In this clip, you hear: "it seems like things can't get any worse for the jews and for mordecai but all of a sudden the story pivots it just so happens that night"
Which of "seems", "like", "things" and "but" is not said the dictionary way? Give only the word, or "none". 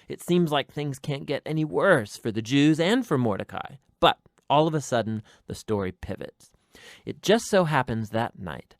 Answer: none